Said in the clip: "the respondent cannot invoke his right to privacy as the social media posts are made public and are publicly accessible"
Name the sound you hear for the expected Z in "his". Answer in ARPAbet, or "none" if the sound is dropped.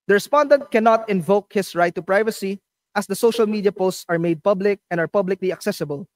S